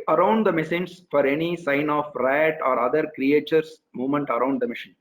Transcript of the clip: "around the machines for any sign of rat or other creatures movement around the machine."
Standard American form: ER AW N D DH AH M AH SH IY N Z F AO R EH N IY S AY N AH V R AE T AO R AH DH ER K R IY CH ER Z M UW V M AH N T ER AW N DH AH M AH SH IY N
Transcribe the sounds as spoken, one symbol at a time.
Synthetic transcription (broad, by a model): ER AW N D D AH M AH S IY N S F AO R EH N IY S AY N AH F R AE T AO R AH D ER K R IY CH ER S M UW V M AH N T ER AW N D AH M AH SH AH N